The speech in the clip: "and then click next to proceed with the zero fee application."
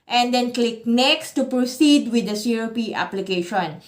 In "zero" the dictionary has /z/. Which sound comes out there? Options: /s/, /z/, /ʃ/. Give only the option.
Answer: /s/